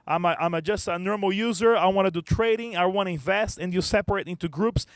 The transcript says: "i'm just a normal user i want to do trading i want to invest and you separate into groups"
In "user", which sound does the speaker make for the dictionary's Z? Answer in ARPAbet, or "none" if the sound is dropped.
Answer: Z